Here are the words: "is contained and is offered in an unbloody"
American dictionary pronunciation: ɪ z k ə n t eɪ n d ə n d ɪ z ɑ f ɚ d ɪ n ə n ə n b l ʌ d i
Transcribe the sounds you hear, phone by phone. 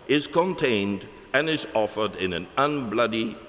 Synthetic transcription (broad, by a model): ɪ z k ə n t eɪ n d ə n ɪ z ɑ f ɚ d ɪ n ə n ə n b l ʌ d i